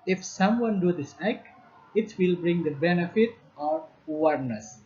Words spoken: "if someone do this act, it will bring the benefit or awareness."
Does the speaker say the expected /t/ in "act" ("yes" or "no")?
no